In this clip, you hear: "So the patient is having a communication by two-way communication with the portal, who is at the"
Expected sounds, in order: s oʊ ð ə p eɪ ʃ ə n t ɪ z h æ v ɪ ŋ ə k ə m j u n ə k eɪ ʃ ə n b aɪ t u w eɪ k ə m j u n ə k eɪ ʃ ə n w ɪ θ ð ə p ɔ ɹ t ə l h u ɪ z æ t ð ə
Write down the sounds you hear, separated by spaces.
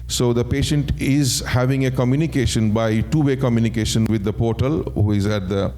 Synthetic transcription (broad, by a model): s oʊ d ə p eɪ ʃ ə n t ɪ z h æ v ɪ ŋ ə k ə m j u n ə k eɪ ʃ ə n b aɪ t u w eɪ k ə m j u n ə k eɪ ʃ ə n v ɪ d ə p ɔ ɹ t ə l h u ɪ z æ t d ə